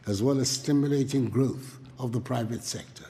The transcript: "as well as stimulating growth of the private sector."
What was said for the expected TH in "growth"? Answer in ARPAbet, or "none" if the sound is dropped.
TH